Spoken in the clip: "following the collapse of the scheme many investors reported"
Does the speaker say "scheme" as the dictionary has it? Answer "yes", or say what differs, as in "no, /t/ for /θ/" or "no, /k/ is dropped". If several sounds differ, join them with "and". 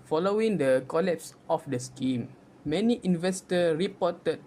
yes